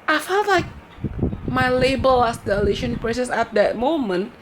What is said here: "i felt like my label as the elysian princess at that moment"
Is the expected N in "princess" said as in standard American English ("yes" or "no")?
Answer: no